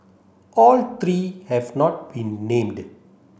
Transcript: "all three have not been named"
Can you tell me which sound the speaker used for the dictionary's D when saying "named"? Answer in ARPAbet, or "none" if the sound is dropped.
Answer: D